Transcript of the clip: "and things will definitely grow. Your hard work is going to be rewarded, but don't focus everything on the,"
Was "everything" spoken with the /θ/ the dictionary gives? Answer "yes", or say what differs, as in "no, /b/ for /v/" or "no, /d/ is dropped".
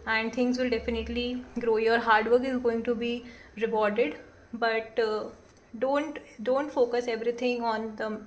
no, /t/ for /θ/